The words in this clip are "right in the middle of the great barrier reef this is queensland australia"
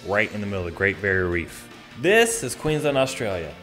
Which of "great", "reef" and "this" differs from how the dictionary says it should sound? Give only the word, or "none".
none